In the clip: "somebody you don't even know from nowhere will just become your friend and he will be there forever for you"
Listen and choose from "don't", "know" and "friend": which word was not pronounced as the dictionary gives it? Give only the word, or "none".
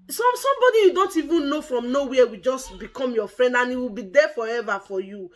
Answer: none